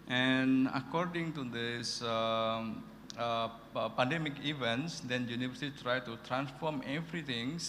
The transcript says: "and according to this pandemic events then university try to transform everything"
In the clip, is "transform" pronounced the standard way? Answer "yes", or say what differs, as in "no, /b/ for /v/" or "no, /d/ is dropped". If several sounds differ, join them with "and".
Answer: yes